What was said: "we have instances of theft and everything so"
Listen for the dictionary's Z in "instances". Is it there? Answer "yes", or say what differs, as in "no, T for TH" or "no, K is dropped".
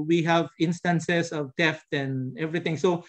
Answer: no, S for Z